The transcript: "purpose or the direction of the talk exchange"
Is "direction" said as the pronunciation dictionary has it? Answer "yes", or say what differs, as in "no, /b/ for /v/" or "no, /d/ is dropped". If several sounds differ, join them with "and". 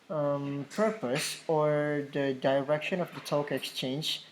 yes